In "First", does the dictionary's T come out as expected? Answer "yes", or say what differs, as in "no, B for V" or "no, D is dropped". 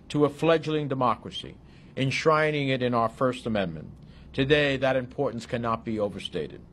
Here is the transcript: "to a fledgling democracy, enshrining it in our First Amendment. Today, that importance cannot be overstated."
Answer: yes